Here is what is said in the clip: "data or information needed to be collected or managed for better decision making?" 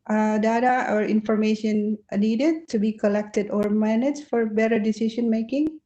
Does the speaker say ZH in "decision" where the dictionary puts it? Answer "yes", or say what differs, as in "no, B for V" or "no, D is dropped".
no, SH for ZH